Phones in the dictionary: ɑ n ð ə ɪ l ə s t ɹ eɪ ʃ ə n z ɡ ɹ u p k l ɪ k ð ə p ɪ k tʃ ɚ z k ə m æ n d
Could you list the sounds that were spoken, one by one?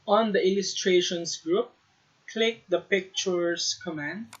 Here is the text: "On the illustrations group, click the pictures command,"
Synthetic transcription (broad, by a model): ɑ n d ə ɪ l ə s t ɹ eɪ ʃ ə n s ɡ ɹ u p k l ɪ k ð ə p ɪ k tʃ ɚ s k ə m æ n d